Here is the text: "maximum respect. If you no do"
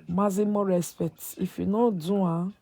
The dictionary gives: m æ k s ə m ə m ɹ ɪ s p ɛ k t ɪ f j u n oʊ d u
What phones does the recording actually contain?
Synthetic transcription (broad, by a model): m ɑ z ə m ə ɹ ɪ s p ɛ t ɪ f j u n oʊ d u